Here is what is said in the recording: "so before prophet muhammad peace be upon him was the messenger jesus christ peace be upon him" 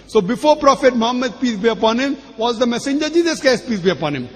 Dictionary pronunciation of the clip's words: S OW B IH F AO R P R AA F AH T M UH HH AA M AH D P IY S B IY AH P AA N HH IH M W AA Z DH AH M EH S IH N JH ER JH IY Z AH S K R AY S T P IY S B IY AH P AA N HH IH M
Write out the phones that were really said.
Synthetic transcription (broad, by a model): S OW B IH F AO R P R AA F AH T M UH HH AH M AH D P IY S B IY AH P AA N HH IH M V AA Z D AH M EH S IH N JH ER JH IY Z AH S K AY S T P IY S B IY AH P AA N HH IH M